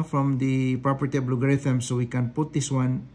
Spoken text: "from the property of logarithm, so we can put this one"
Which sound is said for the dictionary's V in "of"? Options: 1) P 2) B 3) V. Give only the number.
2